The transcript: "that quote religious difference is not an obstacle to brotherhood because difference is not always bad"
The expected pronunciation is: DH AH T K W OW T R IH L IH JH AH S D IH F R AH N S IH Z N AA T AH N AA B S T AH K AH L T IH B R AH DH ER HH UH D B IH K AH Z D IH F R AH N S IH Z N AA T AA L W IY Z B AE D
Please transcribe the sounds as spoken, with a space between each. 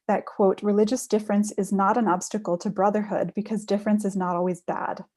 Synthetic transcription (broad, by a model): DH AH T K W OW T R IH L IH JH AH S D IH F R AH N S IH Z N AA T AH N AA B S T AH K L T IH B R AH DH ER HH UH D B IH K AH Z D IH F R AH N S IH Z N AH T AA L W IY Z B AE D